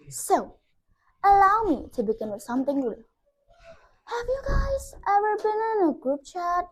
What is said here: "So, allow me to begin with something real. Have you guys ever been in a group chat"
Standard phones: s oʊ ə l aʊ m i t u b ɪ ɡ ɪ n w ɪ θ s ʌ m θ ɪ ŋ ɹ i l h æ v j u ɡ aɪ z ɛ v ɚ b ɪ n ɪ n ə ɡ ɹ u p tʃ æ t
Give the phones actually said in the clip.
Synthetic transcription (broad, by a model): s oʊ ə l aʊ m i t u b ɪ ɡ ɪ n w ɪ s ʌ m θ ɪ ŋ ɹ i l h æ v j u ɡ aɪ z ɛ v ɚ b ɪ n ɪ n ə ɡ ɹ u p tʃ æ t